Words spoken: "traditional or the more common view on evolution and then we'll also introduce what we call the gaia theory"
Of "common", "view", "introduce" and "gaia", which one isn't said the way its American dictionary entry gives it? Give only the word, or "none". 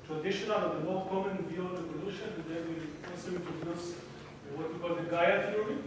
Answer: introduce